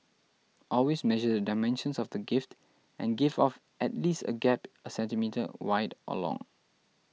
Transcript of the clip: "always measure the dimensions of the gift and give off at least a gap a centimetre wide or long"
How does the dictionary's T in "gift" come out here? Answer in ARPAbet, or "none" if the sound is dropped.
T